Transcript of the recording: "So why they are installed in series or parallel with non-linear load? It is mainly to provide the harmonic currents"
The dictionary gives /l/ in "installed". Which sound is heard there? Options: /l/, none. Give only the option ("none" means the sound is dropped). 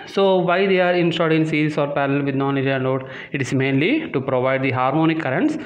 none